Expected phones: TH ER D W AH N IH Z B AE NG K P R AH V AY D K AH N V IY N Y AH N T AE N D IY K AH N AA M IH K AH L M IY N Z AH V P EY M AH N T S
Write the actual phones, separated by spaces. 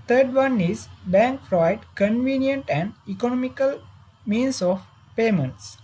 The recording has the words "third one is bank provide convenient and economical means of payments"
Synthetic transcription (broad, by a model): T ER D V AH N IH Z B AE NG K F R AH IH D K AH N V IY N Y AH N T AE N D IY K AH N AA M IH K AH L M IY N S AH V P EY M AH N T S